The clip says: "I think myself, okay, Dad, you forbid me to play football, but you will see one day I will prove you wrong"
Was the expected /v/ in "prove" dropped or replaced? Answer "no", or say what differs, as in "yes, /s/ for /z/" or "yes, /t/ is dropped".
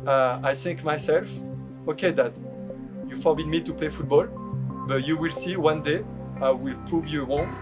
no